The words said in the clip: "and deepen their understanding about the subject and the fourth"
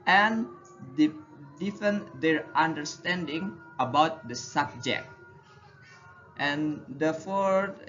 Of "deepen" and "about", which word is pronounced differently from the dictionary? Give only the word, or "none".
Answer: deepen